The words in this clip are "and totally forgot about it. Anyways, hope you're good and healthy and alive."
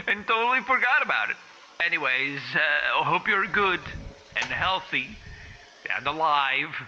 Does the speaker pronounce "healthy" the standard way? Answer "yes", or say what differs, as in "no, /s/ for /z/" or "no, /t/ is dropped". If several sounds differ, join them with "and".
yes